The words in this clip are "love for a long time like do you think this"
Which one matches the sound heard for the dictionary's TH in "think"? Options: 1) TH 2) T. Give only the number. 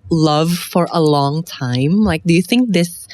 1